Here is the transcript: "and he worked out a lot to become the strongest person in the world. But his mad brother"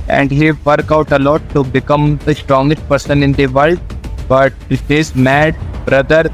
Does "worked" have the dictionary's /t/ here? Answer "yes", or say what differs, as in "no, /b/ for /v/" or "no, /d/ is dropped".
no, /t/ is dropped